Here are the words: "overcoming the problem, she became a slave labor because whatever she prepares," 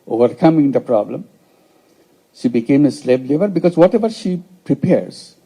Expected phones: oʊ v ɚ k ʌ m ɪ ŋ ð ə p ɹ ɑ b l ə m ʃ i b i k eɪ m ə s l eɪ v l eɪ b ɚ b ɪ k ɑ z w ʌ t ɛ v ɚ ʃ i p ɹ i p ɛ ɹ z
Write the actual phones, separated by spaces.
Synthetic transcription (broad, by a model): oʊ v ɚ k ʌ m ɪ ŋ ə p ɹ ɑ b l ə m ʃ i b i k eɪ m ə s l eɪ b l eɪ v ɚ b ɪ k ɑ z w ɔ t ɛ v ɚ ʃ i p ɹ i p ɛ ɹ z